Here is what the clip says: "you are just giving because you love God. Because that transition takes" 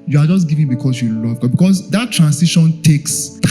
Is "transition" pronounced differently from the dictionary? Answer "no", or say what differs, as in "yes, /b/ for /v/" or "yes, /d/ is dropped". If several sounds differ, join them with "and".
yes, /s/ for /z/